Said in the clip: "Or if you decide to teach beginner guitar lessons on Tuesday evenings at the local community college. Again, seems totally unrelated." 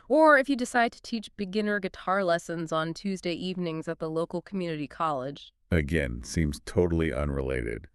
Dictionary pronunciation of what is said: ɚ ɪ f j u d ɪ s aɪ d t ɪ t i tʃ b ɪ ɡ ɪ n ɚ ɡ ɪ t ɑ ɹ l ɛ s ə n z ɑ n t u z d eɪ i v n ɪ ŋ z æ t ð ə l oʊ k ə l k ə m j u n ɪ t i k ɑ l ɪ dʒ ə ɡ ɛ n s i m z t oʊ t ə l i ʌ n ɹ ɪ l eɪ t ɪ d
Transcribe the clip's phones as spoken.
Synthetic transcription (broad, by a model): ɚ ɪ f j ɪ d ɪ s aɪ d t ɪ t i tʃ b ɪ ɡ ɪ n ɚ ɡ ɪ t ɑ ɹ l ɛ s ə n z n t u z d eɪ i v n ɪ ŋ z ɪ t ð ə l oʊ k l k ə m j u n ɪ t i k ɑ l ɪ dʒ ə ɡ ɛ n s i m z t oʊ t l i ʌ n ɹ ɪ l eɪ t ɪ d